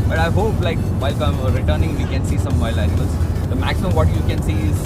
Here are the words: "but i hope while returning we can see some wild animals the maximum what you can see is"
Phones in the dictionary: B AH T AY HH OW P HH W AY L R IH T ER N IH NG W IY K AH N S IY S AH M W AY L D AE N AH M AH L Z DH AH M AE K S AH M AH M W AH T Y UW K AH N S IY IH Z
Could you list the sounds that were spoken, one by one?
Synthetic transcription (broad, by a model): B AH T AY HH OW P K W AY L R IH T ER N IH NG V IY K AH N S IY S AH M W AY L AE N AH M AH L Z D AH M AE K S AH M AH M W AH T Y UW K AH N S IY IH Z